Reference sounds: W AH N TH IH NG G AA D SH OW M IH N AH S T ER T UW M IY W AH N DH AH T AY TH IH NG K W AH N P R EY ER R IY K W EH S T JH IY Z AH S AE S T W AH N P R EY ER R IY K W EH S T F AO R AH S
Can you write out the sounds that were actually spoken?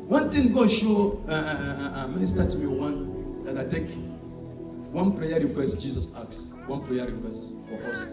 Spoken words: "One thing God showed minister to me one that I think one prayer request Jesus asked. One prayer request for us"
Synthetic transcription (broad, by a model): W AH N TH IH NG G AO SH OW M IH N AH S T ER T UW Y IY W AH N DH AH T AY T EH K W AH N P R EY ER R IY K W EH S T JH IY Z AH S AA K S W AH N P R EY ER R IY K W EH S T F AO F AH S